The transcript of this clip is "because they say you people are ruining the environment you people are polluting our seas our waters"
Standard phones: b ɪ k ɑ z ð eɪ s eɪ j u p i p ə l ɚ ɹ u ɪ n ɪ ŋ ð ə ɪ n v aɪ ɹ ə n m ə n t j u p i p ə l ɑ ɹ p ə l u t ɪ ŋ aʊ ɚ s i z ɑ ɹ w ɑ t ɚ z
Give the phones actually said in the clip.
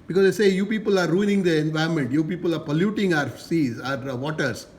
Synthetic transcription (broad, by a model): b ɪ k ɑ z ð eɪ s eɪ j u p i p ə l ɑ ɹ u ɪ n ɪ ŋ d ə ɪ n v aɪ ə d m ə n t j u p i p ə l ɑ ɹ p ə l u t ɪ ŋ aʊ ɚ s i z ɑ ɹ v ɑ t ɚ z